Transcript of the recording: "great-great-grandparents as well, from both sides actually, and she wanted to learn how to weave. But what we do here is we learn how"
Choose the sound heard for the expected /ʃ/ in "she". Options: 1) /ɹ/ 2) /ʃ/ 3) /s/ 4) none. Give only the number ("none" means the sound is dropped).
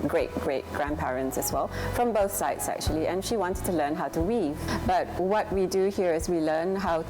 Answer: 2